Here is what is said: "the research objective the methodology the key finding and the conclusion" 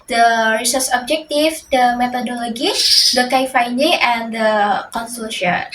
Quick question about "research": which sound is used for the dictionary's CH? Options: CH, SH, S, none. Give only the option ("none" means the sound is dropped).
S